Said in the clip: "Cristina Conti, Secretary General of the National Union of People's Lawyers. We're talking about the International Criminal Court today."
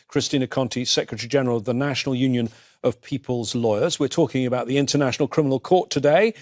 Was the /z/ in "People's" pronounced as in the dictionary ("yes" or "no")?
yes